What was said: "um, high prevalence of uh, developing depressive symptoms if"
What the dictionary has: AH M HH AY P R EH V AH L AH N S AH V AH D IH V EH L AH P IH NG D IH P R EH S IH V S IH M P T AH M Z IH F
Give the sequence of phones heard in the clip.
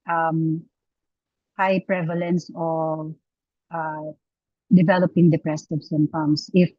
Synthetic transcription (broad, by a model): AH M HH AY P R EH V AH L AH N S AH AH D IH V EH L AH P IH NG D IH P R EH S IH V S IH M T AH M S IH F